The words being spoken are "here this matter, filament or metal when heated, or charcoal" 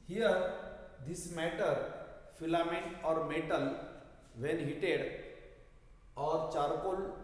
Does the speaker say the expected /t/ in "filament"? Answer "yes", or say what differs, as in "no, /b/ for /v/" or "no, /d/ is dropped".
no, /t/ is dropped